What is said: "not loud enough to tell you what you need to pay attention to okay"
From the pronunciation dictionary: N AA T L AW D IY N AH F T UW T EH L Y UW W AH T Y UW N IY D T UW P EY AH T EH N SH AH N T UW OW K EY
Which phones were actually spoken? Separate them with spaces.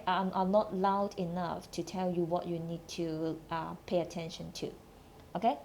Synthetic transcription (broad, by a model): N AA T L AW D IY N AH F T UW T EH L Y UW W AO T Y UW N IY D T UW P EY AH T EH N SH AH N T UW OW K EY